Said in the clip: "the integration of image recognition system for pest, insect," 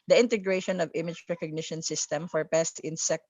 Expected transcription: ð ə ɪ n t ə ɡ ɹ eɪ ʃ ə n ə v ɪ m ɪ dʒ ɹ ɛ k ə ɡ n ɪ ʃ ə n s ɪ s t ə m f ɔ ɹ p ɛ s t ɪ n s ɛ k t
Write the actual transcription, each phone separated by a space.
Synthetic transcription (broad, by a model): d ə ɪ n t ə ɡ ɹ eɪ ʃ ə n ə v ɪ m ɪ dʒ ɹ ɛ k ə ɡ n ɪ ʃ ə n s ɪ s t ə m f ɔ ɹ p ɛ s t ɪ n s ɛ k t